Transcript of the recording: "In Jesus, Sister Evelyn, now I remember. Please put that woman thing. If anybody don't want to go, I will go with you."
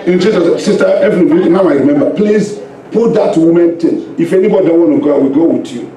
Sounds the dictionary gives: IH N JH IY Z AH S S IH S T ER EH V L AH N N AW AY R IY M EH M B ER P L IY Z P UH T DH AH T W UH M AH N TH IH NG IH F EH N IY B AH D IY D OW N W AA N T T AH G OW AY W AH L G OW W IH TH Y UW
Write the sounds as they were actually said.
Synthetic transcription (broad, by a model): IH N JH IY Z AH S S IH S T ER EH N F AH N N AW AY R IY M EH M B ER P L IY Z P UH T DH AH T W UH M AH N T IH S IH F EH N IY B AH D IY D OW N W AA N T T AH G OW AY W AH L G OW W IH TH Y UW